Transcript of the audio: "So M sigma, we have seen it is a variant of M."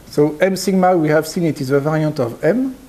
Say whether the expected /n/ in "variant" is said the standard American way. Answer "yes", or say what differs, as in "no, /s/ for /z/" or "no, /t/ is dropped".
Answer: no, /n/ is dropped